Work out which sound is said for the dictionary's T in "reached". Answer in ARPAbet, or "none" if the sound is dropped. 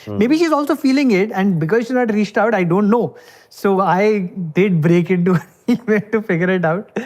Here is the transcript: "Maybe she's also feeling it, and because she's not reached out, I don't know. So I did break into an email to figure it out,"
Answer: T